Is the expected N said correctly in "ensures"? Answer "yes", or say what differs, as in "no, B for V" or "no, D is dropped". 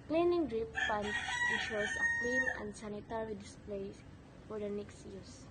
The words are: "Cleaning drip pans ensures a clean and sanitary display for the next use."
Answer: no, N is dropped